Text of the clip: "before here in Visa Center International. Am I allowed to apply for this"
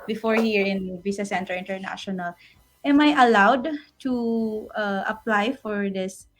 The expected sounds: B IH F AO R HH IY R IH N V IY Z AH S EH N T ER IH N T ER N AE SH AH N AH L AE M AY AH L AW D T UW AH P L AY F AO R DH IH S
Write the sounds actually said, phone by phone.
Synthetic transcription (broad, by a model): B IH F AO R HH IY R IH N B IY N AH S EH N T ER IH N T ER N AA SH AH N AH L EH M AY AH L AW D T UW AH P L AY F AO R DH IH S